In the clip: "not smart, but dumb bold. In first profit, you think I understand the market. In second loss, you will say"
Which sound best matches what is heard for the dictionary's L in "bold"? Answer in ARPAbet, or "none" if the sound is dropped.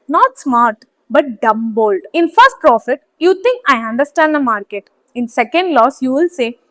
L